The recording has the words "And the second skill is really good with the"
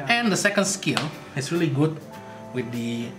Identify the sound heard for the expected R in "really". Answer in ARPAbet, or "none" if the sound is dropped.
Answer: R